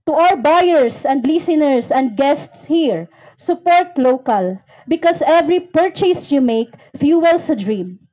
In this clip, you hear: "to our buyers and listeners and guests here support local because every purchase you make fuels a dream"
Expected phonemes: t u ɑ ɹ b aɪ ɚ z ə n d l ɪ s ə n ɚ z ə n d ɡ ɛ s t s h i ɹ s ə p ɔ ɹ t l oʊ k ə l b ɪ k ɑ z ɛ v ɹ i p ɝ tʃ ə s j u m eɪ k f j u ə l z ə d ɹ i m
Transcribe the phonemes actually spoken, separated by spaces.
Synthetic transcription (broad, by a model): t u ɑ ɹ b aɪ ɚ s ə n d l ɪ s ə n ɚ s ə n d ɡ ɛ s t s h i ɹ s ə p ɔ ɹ t l oʊ k ə l b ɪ k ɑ s ɛ v ɹ i p ɝ tʃ ə s j u m eɪ k f j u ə l s ə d ɹ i m